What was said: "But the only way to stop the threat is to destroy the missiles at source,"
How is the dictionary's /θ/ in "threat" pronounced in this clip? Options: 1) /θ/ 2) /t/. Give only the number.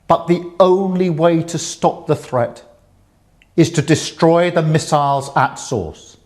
1